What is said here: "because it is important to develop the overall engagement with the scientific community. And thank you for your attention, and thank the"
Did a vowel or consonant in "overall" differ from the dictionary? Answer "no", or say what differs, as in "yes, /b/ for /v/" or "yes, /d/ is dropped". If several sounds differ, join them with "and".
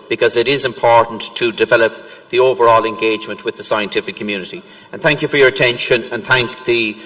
no